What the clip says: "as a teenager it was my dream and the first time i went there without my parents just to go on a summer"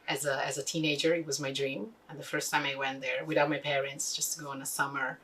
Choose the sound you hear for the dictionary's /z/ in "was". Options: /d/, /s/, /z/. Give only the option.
/z/